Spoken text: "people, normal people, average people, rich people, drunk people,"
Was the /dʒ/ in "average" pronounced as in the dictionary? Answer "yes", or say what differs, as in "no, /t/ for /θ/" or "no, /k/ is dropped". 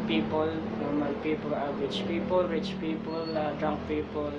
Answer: no, /tʃ/ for /dʒ/